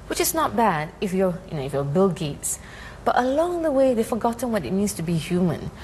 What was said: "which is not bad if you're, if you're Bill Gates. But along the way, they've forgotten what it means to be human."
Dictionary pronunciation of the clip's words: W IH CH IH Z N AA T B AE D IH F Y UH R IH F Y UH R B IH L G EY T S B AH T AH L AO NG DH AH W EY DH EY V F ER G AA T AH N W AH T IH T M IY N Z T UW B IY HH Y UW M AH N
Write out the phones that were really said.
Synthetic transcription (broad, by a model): W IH CH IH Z N AA T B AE D IH F Y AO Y IH F Y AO B IH L G EY T S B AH T AH L AO NG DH AH W EY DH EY F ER G AA T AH N W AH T IH T M IY N S T UW B IY HH Y UW M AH N